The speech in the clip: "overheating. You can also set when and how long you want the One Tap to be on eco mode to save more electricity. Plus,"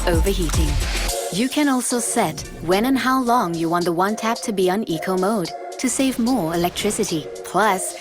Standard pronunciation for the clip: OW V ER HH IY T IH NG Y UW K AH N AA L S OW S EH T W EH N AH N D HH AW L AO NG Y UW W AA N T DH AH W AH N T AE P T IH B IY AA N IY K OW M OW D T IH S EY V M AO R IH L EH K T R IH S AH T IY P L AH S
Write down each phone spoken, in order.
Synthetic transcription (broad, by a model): OW V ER HH IY T IH NG Y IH K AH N AA L S OW S EH T W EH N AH N HH AW L AO NG Y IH W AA N DH AH W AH N T AE P T IH B IY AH N IY K OW M OW D T IH S EY V M AO R IH L EH K T R IH S AH T IY P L AH S